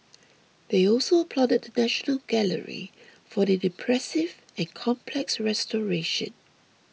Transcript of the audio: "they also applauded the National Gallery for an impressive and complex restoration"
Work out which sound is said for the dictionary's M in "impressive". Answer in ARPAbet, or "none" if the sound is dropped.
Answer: none